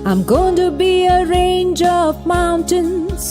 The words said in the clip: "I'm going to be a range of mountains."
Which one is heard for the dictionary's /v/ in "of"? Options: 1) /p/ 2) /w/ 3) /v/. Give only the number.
3